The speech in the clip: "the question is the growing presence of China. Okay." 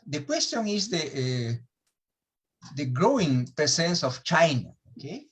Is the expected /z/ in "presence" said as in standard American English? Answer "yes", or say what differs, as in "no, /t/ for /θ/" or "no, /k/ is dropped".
no, /s/ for /z/